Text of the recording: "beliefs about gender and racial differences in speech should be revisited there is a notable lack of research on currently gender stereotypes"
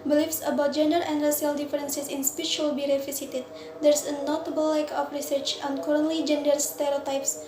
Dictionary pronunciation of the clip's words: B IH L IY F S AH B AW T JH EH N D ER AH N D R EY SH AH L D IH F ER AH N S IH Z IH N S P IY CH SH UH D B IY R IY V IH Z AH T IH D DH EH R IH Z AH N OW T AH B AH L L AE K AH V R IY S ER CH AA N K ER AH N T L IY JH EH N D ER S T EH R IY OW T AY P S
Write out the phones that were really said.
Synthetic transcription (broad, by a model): B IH L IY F S AH B AW T JH EH N D ER AH N D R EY S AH L D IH F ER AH N S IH S IH N S P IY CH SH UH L B IY R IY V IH S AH T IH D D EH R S AH N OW T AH B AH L L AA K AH F R IY S ER CH AA N K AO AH N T L IY JH EH N D ER S T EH R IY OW T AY P S